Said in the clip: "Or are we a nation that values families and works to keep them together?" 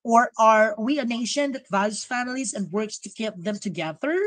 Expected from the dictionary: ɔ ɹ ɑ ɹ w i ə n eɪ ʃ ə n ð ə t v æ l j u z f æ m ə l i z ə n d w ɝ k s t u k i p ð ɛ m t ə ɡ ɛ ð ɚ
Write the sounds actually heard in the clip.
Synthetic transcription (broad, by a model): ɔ ɹ ɑ ɹ w i ə n eɪ ʃ ə n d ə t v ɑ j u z f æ m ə l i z ə n d w ɝ k s t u k i p ð ɛ m t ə ɡ ɛ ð ɚ